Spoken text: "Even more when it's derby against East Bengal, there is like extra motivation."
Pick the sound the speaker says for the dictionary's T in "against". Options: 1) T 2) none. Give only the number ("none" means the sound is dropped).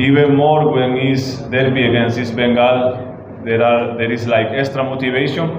2